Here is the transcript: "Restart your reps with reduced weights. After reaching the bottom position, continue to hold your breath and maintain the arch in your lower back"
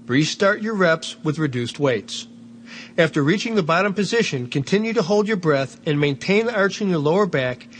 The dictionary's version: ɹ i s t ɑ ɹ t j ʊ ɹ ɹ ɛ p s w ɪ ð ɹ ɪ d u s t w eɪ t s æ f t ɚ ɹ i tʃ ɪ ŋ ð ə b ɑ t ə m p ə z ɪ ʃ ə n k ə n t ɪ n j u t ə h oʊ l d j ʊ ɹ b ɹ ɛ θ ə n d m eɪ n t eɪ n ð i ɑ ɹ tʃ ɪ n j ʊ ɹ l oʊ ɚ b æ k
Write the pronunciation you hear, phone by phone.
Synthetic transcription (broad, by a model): ɹ i s t ɑ ɹ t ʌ ɹ ɹ ɛ p s w ɪ ð ɹ ɪ d u s t w eɪ t s æ f t ɚ ɹ i tʃ ɪ ŋ ð ə b ɑ t ə m p ə z ɪ ʃ ə n k ə n t ɪ n j u t ə h oʊ l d j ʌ ɹ b ɹ ɛ θ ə n m eɪ n t eɪ n ð i ɑ ɹ tʃ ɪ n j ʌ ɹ l oʊ ɚ b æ k